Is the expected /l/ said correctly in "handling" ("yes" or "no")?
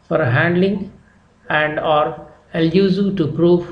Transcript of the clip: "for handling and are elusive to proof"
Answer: yes